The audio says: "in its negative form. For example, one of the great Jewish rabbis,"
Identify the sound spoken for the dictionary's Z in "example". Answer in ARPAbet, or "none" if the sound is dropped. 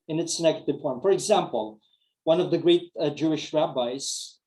Z